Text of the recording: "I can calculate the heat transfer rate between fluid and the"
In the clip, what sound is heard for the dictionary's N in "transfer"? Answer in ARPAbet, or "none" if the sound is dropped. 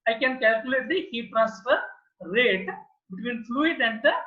none